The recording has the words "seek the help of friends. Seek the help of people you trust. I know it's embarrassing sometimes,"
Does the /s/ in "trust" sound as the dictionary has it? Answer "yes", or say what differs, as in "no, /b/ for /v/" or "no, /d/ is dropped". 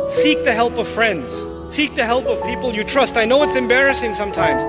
yes